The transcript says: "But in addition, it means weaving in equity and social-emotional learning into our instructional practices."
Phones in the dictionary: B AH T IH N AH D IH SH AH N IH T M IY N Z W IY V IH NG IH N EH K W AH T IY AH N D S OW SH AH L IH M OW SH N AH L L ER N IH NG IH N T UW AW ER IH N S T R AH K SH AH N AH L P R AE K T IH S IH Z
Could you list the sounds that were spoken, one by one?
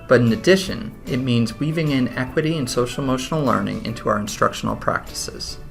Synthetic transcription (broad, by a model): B AH T IH N AH D IH SH AH N IH T M IY N Z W IY V IH NG IH N EH K W AH T IY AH N S OW SH L M OW SH N L L ER N IH NG IH N T UW AW ER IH N S T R AH K SH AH N L P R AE K T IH S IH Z